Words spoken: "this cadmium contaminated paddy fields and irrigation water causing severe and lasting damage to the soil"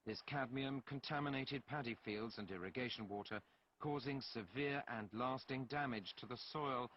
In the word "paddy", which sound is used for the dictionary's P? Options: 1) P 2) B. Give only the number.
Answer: 1